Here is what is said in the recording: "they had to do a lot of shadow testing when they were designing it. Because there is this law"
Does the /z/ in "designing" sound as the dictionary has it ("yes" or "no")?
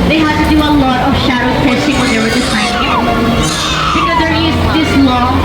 no